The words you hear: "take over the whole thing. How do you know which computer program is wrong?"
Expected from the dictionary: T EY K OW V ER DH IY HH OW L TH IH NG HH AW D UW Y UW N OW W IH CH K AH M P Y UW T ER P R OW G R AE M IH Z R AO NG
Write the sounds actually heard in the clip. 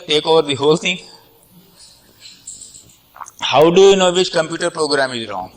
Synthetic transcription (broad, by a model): T EY K OW V ER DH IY HH OW L T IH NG HH AW D UW Y UW N OW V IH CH K AH M P Y UW T ER P R OW G R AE M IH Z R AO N